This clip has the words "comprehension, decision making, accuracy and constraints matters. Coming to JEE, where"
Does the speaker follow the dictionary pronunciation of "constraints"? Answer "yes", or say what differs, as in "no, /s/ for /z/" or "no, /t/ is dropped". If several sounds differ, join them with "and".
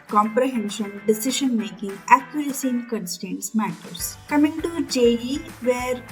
no, /ɹ/ is dropped